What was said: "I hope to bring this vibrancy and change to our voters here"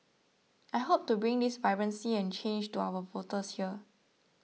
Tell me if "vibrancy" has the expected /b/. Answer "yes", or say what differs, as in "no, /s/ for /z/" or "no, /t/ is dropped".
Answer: no, /b/ is dropped